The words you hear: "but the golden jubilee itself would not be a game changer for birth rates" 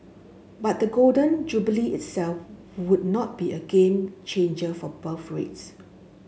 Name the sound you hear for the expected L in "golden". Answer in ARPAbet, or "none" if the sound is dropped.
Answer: L